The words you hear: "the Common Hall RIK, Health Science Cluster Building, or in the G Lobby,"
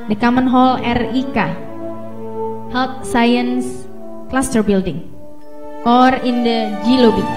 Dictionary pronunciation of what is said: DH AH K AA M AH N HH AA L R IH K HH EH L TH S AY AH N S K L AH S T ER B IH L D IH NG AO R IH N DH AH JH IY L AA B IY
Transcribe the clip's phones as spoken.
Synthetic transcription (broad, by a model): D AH K AA M AH N HH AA L R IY K HH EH L T S AY AH N S K L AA S T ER B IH L D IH NG AO R IH N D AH JH IY L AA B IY